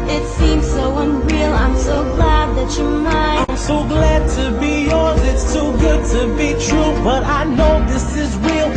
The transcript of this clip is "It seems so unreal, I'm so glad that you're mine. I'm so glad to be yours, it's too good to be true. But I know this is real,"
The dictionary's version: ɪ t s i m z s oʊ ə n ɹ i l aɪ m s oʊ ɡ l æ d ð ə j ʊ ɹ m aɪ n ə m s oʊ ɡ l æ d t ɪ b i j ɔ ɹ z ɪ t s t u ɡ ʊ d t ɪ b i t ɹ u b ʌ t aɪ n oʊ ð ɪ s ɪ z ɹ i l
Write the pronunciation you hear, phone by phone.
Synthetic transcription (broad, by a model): ɪ t s i m z s oʊ ə n ɹ i l aɪ m s oʊ ɡ l æ d ð ə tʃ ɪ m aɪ ə m s oʊ ɡ l æ d t ɪ b i j ɔ ɹ z ɪ t s t u ɡ ʊ d t ɪ b i t ɹ u b ʌ t aɪ n oʊ ð ɪ s ɪ z ɹ i l